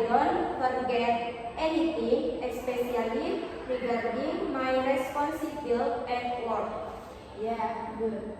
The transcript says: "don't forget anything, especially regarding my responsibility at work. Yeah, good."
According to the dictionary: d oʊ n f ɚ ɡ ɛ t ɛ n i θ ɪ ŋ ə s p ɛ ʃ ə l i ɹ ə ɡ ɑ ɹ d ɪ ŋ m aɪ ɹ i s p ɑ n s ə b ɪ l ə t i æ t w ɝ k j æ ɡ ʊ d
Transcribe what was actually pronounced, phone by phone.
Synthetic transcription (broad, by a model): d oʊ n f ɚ ɡ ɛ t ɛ n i t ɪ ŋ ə s p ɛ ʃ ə l i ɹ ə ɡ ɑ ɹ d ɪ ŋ m aɪ ɹ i s p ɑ n s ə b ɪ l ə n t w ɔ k j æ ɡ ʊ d